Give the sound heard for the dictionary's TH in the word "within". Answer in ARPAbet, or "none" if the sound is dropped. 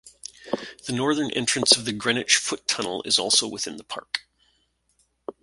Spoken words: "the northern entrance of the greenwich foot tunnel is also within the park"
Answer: TH